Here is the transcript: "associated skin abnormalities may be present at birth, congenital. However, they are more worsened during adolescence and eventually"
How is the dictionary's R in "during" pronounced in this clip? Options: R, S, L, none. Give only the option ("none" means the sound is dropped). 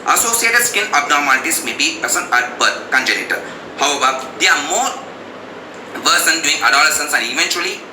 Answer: none